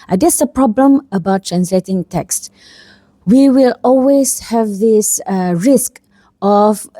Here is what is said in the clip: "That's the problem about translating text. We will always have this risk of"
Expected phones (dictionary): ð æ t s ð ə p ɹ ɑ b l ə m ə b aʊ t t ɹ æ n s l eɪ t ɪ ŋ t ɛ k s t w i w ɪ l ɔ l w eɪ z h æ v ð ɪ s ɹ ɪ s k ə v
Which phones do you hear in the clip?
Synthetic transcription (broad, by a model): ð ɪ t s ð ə p ɹ ɑ b l ə m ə b aʊ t t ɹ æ n s l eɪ t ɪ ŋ t ɛ k s t w i w ɪ l ɔ l w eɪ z h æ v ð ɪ s ɹ ɪ s k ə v